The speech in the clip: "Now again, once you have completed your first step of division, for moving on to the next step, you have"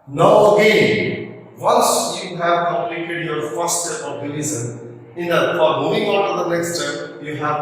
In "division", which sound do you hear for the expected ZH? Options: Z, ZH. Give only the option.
Z